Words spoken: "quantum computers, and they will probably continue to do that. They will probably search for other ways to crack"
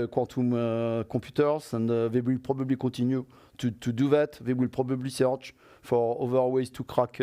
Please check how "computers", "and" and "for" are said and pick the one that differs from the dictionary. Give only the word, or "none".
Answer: computers